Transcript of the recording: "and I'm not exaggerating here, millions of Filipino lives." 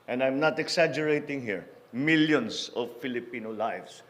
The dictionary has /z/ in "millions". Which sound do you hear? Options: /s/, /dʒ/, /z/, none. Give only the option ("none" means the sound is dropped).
/s/